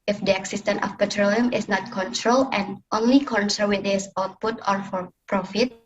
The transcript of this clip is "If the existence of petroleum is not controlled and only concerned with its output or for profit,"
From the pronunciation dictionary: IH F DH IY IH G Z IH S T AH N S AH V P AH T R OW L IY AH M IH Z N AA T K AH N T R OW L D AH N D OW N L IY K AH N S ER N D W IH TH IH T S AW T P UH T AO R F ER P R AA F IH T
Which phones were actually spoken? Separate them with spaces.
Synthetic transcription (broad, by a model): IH F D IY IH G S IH S T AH N AH F P AH T R OW L IY AH M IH S N AA T K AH N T R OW L AH N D OW N L IY K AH N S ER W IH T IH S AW T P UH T AO R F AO P R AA F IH T